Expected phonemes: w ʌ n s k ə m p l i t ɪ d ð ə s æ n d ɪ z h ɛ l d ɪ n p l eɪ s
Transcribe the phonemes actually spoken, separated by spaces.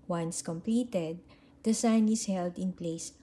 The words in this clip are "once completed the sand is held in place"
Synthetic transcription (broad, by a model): w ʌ n s k ə m p l i t ɪ d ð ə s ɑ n ɪ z h ɛ l d ɪ n p l eɪ s